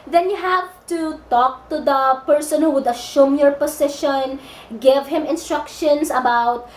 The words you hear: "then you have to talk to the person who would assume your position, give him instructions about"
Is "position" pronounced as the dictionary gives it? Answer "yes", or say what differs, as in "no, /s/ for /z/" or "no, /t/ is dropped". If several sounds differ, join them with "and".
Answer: no, /s/ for /z/